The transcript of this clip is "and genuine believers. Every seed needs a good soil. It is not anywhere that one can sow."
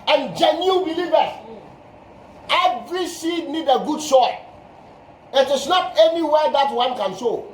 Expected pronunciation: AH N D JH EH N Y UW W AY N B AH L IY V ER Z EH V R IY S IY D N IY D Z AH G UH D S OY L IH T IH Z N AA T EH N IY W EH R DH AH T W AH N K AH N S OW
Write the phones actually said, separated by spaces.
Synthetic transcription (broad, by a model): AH N JH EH N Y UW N B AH L IY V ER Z EH V R IY S IY D N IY D AH G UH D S OY IH T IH S N AA T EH N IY W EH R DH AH T W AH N K AH N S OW